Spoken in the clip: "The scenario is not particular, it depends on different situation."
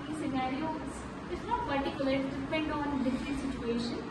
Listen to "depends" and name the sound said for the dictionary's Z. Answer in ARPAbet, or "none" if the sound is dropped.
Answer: none